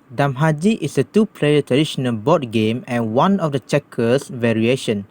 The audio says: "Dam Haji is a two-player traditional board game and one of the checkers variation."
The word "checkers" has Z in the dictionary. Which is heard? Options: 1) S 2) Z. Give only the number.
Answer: 1